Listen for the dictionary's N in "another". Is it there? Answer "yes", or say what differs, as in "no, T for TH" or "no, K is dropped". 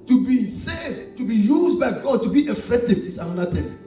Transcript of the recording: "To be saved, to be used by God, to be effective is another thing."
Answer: no, N is dropped